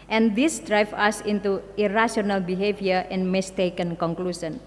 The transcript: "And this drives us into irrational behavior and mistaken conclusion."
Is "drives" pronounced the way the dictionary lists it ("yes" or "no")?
no